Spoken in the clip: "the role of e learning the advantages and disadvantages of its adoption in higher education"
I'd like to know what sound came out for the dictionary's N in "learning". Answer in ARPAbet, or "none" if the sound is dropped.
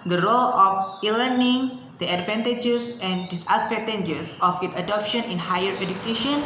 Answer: N